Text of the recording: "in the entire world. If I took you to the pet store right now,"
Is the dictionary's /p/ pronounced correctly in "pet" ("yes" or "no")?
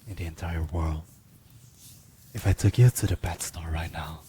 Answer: no